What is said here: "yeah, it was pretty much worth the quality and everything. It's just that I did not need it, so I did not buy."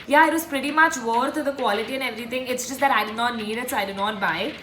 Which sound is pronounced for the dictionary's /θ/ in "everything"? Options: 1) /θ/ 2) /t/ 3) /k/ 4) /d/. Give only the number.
2